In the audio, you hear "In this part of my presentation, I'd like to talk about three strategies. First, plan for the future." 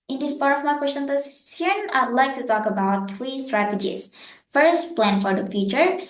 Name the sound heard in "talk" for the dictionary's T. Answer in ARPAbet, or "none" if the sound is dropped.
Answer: T